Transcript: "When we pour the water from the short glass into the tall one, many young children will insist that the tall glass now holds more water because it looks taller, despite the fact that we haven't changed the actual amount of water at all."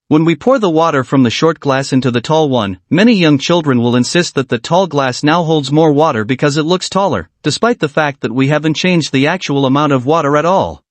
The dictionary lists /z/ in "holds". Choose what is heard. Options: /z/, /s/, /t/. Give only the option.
/z/